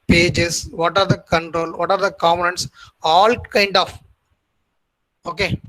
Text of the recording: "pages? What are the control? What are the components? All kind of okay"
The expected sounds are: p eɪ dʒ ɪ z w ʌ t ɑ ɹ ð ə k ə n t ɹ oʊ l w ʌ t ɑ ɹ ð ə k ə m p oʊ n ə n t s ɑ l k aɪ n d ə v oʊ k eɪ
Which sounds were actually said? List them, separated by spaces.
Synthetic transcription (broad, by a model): p eɪ dʒ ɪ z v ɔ t ɑ ɹ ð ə k ə n t ɹ oʊ l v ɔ t ɑ ɹ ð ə k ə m oʊ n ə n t s ɑ l k aɪ n d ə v oʊ k eɪ